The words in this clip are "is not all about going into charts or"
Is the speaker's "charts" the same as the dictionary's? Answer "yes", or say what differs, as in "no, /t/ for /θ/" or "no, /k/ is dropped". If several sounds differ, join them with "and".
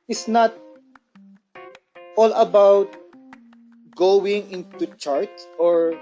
no, /s/ is dropped